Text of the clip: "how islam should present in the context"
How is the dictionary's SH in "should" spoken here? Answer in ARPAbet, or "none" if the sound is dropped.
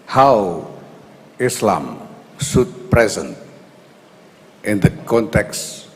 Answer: S